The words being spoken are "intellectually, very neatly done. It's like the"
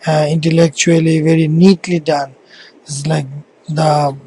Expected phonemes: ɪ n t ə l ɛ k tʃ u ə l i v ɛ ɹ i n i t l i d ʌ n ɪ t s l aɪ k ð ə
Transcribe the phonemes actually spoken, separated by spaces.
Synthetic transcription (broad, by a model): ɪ n t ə l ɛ k tʃ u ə l i v ɛ ɹ i n i t l i d ʌ n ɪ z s l aɪ k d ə